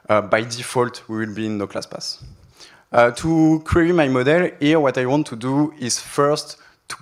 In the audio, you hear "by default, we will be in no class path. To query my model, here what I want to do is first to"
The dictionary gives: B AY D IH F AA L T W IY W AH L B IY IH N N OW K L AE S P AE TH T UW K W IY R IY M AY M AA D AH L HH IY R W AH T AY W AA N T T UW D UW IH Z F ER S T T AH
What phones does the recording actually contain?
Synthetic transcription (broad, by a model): B AY D IH F AA L T W IY W AH L B IY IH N N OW K L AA S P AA S T UW K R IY IY M AY M AA D AH L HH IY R W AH T AY W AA N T T UW D UW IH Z F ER S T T